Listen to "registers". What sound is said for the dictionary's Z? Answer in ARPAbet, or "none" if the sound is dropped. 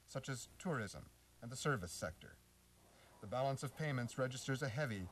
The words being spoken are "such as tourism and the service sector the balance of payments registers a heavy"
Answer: Z